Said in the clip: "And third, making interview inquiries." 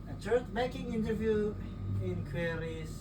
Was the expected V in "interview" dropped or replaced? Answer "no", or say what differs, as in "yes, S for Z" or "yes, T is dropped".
no